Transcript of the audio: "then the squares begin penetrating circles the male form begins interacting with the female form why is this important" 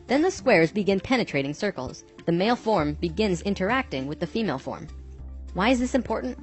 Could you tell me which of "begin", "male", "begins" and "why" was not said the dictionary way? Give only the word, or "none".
none